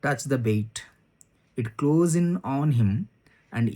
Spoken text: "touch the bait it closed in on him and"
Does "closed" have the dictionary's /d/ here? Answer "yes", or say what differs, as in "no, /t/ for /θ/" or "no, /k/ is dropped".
no, /d/ is dropped